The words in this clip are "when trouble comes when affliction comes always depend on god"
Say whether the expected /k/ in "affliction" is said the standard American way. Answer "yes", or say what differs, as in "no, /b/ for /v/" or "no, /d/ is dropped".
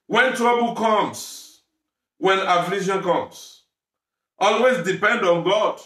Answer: no, /k/ is dropped